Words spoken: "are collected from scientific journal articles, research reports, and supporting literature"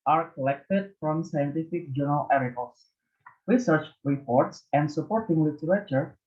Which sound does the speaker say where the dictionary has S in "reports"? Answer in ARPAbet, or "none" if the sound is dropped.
S